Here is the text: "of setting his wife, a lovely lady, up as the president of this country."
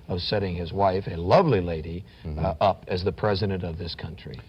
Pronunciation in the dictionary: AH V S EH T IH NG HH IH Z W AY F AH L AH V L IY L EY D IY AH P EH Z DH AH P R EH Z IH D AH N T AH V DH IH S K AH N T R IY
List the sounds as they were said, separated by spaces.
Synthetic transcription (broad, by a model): AH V S EH T IH NG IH Z W AY F AH L AH V L IY L EY D IY AH P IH Z DH AH P R EH Z IH D AH N T AH V DH IH S K AH N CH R IY